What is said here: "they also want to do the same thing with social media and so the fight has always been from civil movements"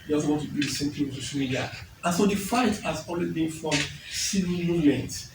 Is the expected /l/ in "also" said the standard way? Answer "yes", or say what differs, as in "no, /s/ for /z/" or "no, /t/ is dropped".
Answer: no, /l/ is dropped